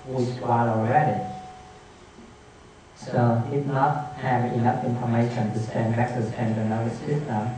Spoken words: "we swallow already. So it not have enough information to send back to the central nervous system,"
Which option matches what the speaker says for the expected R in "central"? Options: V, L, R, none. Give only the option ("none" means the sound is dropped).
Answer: none